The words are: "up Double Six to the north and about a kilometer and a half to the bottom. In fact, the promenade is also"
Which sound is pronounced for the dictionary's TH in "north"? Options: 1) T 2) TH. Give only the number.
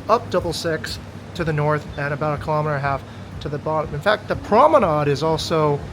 2